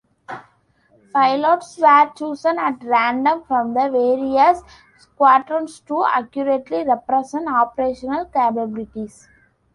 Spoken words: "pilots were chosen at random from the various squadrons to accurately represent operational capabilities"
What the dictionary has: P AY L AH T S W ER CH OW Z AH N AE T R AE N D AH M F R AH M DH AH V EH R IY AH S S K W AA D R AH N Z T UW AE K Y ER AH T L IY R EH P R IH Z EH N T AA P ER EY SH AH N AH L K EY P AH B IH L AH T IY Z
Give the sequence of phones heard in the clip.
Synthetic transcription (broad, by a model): P AY L AH T S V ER CH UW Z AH N AE T R AE N D AH M F R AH M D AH V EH R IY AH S S K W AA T R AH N S T UW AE K Y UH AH T L IY R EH P R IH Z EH N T AA P ER EY SH AH N AH L K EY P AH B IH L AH T IY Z